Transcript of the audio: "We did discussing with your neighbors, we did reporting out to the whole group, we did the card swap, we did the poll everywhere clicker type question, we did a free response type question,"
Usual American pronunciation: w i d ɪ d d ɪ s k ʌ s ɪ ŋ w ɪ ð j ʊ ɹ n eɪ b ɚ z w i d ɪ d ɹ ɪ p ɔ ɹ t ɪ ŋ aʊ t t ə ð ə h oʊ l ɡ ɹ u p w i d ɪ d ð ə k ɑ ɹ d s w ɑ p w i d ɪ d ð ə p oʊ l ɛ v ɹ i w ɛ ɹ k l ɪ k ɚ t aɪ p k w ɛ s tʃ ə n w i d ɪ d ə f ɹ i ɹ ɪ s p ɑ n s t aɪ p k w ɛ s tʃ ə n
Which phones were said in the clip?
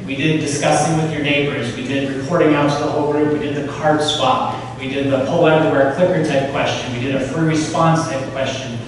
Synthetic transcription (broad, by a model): w i d ɪ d d ɪ s k ʌ s ɪ ŋ w ɪ ð j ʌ ɹ n eɪ b ɚ z w i d ɪ d ɹ ɪ p ɔ ɹ t ɪ ŋ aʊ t t ə ð ə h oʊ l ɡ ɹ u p w i d ɪ d ð ə k ɑ ɹ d s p ɑ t w i d ɪ d ð ə p oʊ l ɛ ɹ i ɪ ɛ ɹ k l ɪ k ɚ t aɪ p k w ɛ s tʃ ə n w i d ɪ d ə f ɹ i ɹ ɪ s p ɑ n s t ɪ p k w ɛ s tʃ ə n